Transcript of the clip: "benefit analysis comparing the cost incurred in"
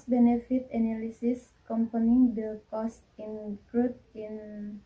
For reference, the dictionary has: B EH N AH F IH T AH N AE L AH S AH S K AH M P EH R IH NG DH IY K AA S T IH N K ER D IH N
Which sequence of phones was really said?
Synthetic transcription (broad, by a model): B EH N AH F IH T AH N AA L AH S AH S K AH M P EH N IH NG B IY K AA S T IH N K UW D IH N